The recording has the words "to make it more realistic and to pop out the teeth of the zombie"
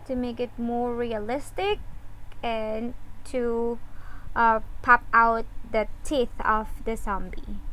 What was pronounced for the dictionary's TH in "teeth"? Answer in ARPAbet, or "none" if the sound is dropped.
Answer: TH